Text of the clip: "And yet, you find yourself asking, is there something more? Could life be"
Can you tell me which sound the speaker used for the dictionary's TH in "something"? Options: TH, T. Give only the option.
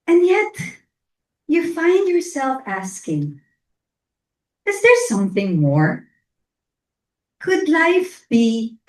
TH